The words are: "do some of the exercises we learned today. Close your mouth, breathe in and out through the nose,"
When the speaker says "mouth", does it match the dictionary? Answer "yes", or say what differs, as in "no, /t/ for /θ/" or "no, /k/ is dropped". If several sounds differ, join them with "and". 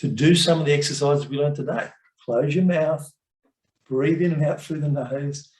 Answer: yes